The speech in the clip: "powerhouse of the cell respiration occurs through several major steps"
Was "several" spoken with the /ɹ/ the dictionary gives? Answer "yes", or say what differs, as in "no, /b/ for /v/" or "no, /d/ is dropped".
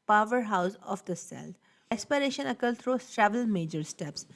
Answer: no, /ɹ/ is dropped